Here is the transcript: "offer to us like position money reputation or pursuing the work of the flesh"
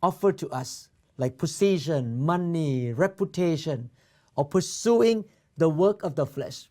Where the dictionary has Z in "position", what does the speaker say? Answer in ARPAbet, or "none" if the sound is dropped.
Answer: S